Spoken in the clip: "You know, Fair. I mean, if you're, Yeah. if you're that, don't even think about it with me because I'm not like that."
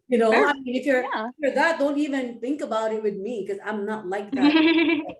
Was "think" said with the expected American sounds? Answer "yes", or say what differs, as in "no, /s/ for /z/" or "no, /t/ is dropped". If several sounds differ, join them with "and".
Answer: yes